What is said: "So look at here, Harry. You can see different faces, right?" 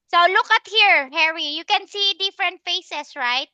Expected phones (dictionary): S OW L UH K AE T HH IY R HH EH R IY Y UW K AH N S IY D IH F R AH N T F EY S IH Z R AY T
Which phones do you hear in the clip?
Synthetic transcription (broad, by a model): S OW L UH K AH T HH IY R HH EH R IY Y UW K AH N S IY D IH F R AH N T F EY S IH S R AY T